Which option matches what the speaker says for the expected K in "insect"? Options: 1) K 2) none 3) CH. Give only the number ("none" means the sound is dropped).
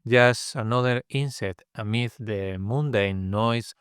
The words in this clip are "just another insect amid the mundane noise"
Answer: 2